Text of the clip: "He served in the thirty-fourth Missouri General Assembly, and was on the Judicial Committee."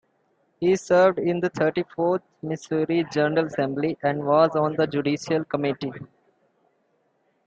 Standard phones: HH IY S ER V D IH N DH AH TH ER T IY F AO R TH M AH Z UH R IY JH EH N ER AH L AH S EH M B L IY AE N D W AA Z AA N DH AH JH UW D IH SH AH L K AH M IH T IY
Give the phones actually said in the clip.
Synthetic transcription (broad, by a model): HH IY S ER V D IH N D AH T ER T IY F AO R T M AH S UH R IY JH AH N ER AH L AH S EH M B L IY AE N D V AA Z AA N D AH JH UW D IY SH AH L K AH M IH T IY